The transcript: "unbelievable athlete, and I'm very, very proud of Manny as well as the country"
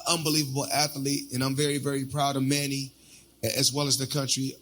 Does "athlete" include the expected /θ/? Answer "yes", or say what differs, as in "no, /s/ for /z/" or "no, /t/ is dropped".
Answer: yes